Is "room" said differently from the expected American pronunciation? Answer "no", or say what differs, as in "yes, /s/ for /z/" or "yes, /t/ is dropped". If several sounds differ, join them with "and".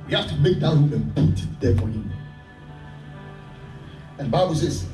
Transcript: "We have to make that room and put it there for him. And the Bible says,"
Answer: yes, /m/ is dropped